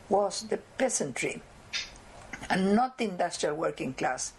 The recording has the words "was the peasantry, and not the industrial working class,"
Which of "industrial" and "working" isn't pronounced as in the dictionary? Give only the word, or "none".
none